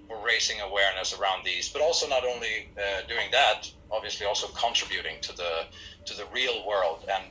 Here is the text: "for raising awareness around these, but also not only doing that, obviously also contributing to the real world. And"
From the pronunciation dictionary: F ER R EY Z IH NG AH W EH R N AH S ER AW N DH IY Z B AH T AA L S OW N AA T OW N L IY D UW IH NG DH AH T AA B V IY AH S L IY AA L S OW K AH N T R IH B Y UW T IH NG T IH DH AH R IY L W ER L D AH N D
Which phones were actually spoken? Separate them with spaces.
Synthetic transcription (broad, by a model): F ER R EY S IH NG AH W EH R N AH S ER AW N DH IY Z B AH T AA L S OW N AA T OW N L IY D UW IH NG DH AH T AA B V IY AH S L IY AA L S OW K AH N T R IH B Y UW T IH NG T IH DH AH R IY L W ER L D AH N